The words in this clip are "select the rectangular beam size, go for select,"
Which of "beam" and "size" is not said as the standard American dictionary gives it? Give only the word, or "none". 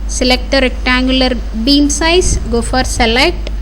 size